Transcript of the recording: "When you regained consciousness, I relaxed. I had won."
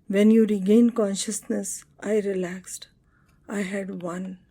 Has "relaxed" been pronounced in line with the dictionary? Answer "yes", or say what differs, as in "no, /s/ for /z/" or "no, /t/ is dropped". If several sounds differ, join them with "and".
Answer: yes